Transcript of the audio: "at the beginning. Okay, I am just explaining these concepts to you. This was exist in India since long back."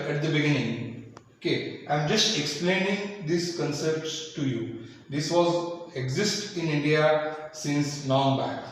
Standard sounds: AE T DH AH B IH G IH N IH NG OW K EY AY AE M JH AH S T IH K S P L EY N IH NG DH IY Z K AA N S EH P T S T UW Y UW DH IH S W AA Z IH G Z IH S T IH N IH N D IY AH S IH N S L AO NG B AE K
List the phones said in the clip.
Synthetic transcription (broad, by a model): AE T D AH B IH G IH N IH NG OW K EY AY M JH AH S T IH K S P L EY N IH NG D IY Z K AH N S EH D T S T UW Y UW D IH S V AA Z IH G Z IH S T IH N IH N D IY AH S IH N S N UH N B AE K